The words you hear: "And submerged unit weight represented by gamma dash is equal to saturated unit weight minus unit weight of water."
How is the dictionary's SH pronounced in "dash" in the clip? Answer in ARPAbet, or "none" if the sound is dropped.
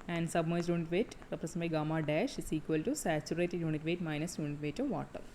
SH